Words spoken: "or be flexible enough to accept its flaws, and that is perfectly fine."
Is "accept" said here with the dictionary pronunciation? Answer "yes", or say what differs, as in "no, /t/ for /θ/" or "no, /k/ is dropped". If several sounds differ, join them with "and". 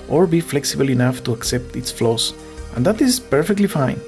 yes